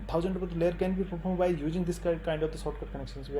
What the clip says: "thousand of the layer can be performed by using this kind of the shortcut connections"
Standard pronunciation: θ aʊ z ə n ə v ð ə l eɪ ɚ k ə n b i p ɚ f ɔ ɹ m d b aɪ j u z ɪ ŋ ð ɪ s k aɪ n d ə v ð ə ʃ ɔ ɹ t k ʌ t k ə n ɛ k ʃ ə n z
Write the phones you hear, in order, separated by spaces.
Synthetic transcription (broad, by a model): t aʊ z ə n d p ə l eɪ ɚ k ə n b i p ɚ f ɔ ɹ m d b aɪ j u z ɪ ŋ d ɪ s k aɪ n d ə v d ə s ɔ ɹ t k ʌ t k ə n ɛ k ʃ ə n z